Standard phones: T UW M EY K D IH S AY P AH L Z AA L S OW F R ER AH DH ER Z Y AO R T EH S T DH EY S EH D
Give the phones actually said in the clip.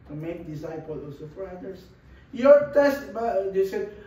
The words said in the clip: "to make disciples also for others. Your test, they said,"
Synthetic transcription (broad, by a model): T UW M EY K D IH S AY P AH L AA S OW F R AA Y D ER S Y AO R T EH S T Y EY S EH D